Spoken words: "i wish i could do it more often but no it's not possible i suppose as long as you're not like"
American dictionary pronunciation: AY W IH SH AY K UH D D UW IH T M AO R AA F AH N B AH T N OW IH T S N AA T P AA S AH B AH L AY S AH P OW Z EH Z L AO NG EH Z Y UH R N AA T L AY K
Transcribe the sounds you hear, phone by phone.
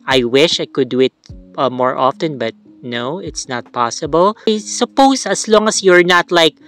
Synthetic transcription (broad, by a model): AY W IH SH AY K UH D D UW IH T M AO R AA F AH N B AH T N OW IH T S N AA T P AA S AH B AH L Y S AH P OW S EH S L AO NG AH S Y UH R N AA T L AY K